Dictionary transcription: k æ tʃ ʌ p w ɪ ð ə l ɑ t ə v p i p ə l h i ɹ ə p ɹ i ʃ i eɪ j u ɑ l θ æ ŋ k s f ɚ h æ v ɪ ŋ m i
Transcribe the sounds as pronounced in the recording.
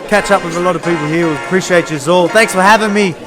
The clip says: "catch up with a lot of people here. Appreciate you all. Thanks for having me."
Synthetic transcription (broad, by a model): k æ tʃ ʌ p w ɪ ð ə l ɑ t ə v p i p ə l h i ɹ ə p ɹ i ʃ i eɪ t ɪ ɑ l θ æ ŋ k s f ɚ h æ v ɪ ŋ m i